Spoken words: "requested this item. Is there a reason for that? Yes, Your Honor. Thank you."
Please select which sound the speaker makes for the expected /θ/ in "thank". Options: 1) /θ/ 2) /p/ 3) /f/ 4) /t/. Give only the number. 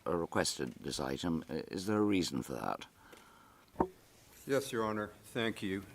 1